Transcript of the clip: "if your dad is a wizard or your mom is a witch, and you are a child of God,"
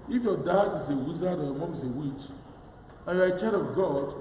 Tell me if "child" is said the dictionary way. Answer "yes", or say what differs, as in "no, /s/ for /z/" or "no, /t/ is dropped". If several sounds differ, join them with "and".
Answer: no, /l/ is dropped